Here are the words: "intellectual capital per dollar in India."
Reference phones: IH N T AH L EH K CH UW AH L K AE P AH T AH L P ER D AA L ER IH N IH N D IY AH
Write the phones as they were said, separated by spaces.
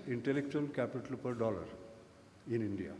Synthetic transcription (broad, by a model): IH N T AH L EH K CH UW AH L K AE P AH T AH L P ER D AA L ER IH N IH N D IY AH